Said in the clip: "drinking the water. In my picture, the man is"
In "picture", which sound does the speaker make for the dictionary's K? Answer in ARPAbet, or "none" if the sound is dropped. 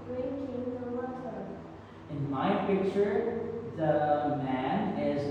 K